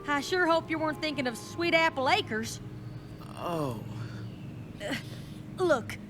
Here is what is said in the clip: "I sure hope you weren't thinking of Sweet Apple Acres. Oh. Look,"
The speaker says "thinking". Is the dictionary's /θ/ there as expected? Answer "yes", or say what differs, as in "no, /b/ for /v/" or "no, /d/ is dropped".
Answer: yes